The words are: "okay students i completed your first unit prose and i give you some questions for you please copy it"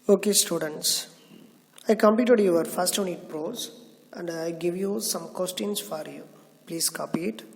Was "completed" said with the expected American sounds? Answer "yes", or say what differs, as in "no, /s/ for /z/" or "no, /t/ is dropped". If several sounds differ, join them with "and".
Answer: no, /l/ is dropped